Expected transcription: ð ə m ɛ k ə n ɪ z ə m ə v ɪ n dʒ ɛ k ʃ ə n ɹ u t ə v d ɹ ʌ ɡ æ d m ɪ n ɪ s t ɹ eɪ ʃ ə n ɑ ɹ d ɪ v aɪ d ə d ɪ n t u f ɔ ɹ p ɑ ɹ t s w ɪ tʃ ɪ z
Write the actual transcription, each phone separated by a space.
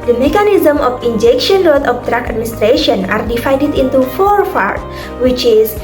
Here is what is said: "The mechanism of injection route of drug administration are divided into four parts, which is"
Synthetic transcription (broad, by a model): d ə m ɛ k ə n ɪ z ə m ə f ɪ n dʒ ɛ k ʃ ə n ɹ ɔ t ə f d ɹ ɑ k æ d m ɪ n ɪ s t ɹ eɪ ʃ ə n ɑ ɹ d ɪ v aɪ d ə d ɪ n t u f ɔ ɹ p ɑ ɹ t w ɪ tʃ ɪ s